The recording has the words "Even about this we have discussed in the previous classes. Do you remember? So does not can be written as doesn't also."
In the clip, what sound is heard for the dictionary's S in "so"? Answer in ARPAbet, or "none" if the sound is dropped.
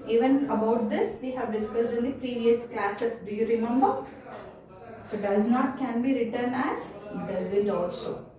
S